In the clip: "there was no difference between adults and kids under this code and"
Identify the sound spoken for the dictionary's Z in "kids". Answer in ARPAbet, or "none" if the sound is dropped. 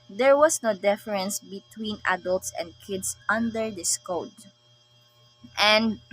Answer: S